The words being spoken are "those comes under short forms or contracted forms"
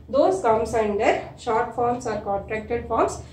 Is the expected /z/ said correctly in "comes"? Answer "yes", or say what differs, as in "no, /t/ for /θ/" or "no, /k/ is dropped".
no, /s/ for /z/